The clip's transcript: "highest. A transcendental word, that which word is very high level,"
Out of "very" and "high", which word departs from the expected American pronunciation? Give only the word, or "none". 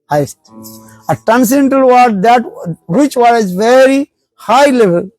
none